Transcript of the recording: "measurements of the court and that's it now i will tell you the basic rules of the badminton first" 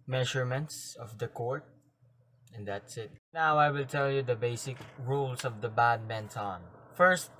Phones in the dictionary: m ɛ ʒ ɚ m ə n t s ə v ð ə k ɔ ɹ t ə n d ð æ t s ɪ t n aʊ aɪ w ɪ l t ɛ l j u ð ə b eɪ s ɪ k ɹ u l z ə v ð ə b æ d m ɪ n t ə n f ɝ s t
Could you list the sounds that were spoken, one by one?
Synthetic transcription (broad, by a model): m ɛ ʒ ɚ m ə n t s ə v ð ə k ɔ ɹ t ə n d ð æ t s ɪ t n aʊ aɪ w ɪ l t ɛ l j u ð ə b eɪ s ɪ k ɹ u l s ə v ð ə b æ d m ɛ n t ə n f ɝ s t